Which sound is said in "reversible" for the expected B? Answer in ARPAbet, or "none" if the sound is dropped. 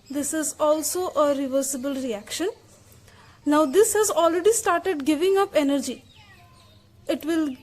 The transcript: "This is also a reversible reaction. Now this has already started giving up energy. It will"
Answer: B